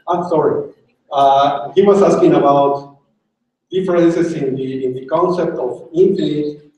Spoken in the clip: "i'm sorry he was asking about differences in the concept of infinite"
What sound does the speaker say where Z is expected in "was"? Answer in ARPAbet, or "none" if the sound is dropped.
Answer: S